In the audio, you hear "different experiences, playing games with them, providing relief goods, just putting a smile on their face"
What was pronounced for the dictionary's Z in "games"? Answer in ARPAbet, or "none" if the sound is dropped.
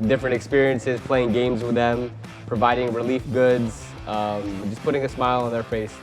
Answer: Z